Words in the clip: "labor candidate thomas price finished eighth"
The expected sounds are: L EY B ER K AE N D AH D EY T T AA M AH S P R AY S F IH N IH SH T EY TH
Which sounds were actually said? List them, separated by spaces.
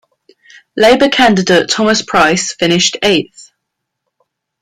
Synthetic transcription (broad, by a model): L EY B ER K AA N D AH D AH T T AA M AH S P R AY S F IH N IH SH T EY TH